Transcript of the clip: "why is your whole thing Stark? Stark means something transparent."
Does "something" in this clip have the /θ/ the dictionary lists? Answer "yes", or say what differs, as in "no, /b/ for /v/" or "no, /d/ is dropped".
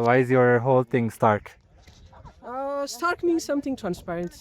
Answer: no, /t/ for /θ/